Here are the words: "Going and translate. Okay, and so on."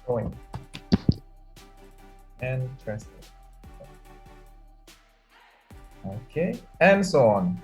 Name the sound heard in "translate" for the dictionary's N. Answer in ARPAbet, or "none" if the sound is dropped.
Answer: none